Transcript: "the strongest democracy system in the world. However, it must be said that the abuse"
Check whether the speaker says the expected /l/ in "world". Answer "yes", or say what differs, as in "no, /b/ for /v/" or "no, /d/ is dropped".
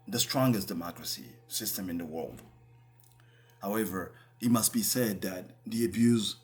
yes